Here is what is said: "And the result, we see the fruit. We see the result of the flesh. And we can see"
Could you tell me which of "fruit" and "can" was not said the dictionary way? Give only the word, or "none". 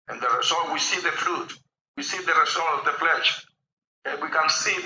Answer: fruit